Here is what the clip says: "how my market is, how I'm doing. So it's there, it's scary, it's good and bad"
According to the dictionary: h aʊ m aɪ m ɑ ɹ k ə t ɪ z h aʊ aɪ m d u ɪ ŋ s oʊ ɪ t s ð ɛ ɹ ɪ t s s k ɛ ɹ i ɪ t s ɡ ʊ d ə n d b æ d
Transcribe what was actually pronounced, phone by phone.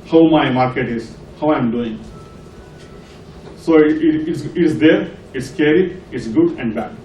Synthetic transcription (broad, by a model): h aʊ m aɪ m ɑ ɹ k ə t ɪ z h aʊ aɪ m d u ɪ ŋ s oʊ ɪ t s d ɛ ɹ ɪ t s s k ɛ ɹ i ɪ t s ɡ ʊ d ə n d b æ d